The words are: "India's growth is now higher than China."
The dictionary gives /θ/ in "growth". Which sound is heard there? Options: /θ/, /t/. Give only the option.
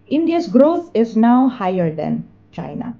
/t/